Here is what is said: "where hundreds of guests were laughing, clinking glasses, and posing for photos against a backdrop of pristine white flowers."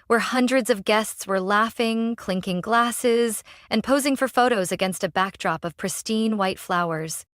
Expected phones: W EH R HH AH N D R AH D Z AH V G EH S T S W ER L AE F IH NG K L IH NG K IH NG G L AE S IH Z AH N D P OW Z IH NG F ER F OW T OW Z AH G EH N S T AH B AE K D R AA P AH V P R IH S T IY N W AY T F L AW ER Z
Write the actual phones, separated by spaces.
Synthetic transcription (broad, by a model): W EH R HH AH N D R AH D Z AH V G EH S T S W ER L AE F IH NG K L IH NG K IH NG G L AE S IH Z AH N P OW Z IH NG F ER F OW T OW Z AH G EH N S T AH B AE K D R AA P AH V P R IH S T IY N W AY T F L AW ER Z